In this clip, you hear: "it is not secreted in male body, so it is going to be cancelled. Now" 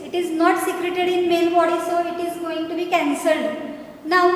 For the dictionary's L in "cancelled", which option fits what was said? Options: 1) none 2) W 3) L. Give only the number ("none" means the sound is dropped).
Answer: 3